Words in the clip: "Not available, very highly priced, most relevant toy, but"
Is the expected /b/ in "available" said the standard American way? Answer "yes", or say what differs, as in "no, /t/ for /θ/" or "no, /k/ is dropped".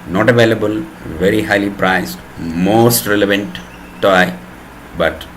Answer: yes